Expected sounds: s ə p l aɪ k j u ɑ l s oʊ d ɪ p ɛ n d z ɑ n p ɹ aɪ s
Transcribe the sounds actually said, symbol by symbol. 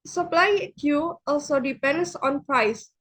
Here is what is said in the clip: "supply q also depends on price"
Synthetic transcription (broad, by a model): s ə p l aɪ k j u ɑ l s oʊ d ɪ p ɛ n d s ɑ n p ɹ aɪ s